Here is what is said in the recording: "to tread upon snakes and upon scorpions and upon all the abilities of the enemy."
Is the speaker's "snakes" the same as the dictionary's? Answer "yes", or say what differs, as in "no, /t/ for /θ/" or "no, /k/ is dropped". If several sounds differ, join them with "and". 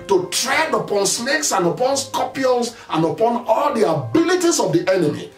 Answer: no, /l/ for /n/